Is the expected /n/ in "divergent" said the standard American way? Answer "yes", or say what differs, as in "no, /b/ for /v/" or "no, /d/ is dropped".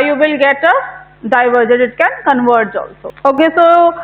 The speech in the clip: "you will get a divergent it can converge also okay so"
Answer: no, /n/ is dropped